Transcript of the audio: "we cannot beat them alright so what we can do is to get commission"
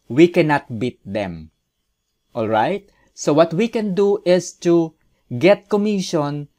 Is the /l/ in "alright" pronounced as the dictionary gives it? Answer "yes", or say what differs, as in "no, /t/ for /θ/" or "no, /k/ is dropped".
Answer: yes